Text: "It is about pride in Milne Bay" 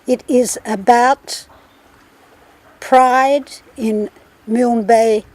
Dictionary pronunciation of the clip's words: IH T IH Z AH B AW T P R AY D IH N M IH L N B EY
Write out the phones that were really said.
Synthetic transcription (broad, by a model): IH T IH Z AH B AW T P R AY D IH N M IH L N B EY